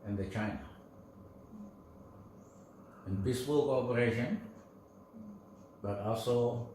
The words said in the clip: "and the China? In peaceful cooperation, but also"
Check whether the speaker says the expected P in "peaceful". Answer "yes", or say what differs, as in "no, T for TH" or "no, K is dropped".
no, B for P